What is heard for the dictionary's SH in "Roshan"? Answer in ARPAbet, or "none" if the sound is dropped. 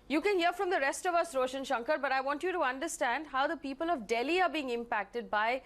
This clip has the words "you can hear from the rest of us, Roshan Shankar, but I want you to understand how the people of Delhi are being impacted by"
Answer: SH